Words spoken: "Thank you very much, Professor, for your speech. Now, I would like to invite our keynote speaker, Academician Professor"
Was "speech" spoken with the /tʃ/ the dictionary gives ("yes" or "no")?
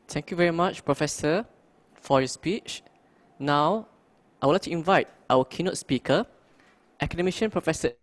yes